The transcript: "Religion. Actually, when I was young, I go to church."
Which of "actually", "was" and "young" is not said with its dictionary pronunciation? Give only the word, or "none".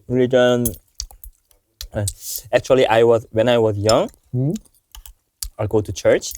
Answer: actually